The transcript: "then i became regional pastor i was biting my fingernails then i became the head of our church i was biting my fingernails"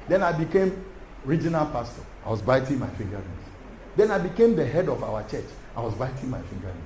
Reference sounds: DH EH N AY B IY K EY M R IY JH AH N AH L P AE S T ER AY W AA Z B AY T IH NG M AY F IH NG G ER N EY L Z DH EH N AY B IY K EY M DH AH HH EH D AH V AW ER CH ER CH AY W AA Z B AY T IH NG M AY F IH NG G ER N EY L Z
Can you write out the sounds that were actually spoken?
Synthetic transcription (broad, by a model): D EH N AY B IY K EY M R IY JH AH N AH L P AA S T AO AY W AA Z B AY T IH NG M AY F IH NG G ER IY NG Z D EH N AY B IY K EY M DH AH HH EH D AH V AW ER CH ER CH AY W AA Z B AY T IH NG M AY F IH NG G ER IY